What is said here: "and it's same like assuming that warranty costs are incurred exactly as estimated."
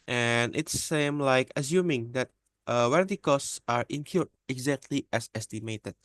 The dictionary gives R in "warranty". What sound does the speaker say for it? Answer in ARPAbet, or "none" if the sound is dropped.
W